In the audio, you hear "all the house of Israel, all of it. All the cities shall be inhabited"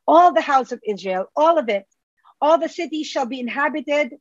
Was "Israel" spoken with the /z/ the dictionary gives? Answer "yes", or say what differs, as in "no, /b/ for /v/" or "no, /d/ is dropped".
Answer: yes